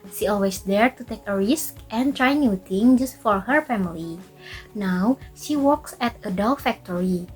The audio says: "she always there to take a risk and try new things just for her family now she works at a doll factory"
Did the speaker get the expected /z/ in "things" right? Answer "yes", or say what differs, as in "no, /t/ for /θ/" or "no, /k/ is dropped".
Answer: no, /z/ is dropped